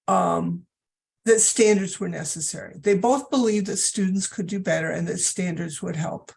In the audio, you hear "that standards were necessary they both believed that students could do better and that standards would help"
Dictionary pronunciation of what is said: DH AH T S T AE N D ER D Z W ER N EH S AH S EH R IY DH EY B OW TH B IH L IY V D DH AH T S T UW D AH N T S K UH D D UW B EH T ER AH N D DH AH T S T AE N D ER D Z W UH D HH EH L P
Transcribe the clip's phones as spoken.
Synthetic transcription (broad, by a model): DH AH T S T AE N D ER D Z W ER N EH S AH S EH R IY DH EY B OW TH B IH L IY V D DH AH T S T UW D N T S K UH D D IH B EH T ER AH N DH AH T S T AE N D ER D Z W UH D HH EH L P